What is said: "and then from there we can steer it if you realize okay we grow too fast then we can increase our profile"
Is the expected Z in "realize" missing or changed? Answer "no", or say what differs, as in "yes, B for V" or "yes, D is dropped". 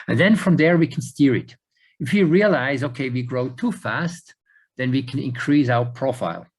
no